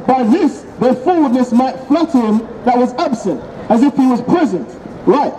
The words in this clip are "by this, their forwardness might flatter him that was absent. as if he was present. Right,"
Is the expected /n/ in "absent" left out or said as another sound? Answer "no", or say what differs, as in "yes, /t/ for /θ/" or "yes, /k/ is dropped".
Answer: no